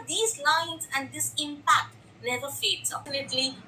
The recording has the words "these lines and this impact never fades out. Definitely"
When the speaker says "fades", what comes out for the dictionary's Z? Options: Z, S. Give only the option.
S